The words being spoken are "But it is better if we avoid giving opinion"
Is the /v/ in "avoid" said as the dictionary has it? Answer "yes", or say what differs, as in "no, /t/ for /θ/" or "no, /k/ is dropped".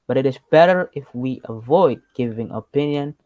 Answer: yes